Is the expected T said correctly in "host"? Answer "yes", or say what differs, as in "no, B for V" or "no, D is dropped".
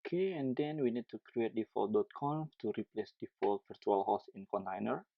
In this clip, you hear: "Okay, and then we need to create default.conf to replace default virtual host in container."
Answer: no, T is dropped